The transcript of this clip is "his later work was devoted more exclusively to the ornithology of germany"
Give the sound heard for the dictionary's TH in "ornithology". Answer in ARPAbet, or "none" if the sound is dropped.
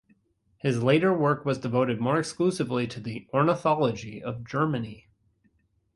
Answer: TH